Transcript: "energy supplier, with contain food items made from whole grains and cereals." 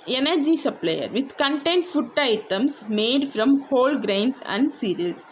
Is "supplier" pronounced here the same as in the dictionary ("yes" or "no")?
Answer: yes